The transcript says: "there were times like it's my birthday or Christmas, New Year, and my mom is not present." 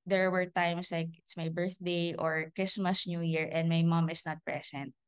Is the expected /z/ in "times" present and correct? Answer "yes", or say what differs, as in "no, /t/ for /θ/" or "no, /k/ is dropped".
no, /s/ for /z/